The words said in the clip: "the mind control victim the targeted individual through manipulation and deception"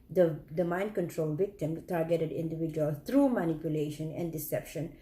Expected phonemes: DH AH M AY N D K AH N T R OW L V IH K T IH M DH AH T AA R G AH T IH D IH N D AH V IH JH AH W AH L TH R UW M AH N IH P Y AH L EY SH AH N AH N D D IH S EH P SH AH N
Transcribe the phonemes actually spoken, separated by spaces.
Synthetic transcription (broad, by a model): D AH M AY N D K AH N T R OW L V IH K T IH M T AA R G AH T IH D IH N D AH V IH JH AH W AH L T R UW M AH N IH P Y AH L EY SH AH N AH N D D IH S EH P SH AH N